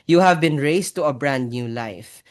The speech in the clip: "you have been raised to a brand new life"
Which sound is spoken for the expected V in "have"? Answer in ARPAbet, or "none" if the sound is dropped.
V